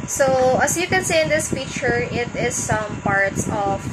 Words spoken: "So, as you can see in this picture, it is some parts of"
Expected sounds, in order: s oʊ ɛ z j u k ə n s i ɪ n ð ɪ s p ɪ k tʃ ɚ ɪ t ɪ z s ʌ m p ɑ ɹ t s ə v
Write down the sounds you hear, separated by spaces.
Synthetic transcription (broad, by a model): s oʊ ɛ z j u k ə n s i ɪ n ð ɪ s f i tʃ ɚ ɪ t ɪ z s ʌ m p ɑ ɹ t s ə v